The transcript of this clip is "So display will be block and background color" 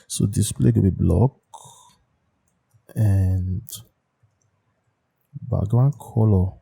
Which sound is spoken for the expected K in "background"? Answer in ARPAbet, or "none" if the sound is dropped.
none